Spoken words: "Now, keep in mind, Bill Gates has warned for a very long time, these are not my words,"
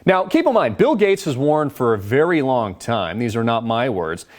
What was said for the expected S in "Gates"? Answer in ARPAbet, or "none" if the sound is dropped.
S